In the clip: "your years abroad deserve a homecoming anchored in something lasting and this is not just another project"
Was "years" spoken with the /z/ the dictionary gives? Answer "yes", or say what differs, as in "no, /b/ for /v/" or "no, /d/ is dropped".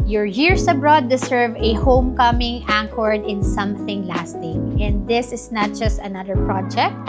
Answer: no, /s/ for /z/